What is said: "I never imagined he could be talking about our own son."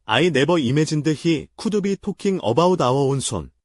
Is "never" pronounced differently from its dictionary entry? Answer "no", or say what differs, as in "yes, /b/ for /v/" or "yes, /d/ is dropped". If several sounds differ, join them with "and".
yes, /b/ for /v/